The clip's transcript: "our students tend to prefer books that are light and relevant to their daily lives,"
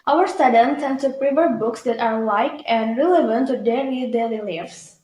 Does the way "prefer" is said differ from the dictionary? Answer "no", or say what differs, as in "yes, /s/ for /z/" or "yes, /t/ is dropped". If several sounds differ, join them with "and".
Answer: yes, /p/ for /f/